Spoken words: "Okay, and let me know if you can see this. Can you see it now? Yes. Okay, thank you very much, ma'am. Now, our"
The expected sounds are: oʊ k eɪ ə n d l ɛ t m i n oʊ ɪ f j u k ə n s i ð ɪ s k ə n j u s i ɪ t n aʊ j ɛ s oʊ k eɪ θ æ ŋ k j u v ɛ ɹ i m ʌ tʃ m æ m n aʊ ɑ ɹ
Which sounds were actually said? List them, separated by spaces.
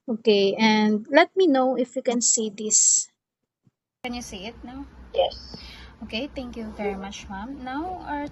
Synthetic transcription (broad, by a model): oʊ k eɪ ə n d l ɛ t m i n oʊ ɪ f j u k ə n s i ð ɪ s k ə n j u s i ɪ t n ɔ j ɛ s oʊ k eɪ t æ ŋ k j u v ɛ ɹ i m ʌ tʃ m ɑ m n aʊ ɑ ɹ